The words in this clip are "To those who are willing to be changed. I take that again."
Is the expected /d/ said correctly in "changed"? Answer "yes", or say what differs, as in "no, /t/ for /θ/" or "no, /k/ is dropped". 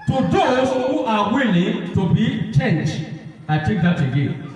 no, /d/ is dropped